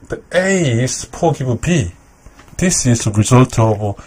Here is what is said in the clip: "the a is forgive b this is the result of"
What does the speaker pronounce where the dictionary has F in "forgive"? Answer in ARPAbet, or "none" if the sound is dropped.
P